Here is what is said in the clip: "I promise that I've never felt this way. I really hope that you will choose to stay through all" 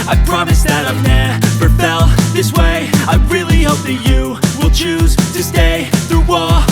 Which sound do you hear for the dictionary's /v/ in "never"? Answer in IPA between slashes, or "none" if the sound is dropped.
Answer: /p/